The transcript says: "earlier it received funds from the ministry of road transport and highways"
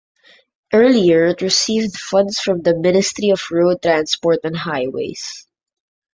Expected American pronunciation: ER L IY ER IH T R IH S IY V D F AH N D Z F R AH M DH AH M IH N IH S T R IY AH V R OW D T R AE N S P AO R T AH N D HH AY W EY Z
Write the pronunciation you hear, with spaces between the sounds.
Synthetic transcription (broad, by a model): ER L IY ER IH T R IH S IY V D F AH N D S F R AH M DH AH M IH N IH S T R IY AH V R OW D T R AE N S P AO R T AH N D HH AY W EY S